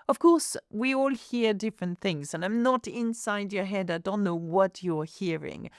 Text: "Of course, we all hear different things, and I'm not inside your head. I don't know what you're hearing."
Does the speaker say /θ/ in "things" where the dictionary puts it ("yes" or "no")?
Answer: yes